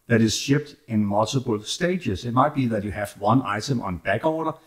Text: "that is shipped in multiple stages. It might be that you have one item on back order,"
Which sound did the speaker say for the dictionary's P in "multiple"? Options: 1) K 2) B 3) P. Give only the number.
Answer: 2